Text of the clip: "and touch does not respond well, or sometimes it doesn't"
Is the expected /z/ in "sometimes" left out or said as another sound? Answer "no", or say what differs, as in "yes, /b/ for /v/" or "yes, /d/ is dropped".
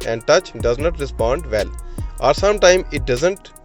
yes, /z/ is dropped